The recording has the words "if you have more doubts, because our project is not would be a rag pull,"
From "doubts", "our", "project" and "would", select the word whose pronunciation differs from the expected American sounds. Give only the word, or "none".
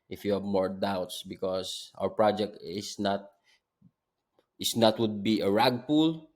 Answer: none